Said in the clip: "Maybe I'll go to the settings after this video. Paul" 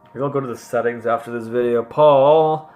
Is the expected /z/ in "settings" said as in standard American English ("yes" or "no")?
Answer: yes